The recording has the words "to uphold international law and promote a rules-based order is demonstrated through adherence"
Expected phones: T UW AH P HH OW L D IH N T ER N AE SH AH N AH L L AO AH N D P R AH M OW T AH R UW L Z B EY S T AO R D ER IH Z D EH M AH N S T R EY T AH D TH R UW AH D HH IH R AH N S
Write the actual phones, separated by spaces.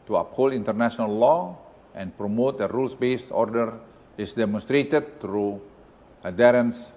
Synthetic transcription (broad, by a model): T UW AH P HH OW L IH N T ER N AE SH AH N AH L L AO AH N P R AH M OW T AH R UW L S B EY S AO R D ER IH S D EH M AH N S T R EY T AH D T R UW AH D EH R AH N S